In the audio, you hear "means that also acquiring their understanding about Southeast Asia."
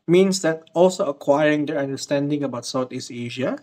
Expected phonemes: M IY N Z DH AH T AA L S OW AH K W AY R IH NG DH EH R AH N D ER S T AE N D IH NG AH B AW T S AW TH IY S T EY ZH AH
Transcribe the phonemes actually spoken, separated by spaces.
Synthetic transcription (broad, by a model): M IY N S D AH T AA L S OW AH K W AY R IH NG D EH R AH N D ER S T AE N D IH NG AH B AW T S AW T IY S EY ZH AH